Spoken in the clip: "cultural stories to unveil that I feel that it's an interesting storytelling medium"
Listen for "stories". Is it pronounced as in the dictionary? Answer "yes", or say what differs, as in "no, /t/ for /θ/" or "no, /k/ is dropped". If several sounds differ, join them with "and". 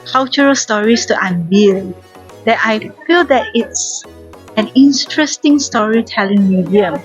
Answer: no, /s/ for /z/